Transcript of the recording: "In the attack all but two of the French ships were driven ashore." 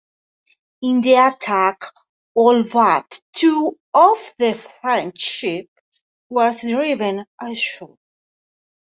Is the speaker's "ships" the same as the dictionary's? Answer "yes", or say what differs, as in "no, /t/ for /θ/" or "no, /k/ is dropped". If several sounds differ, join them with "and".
no, /s/ is dropped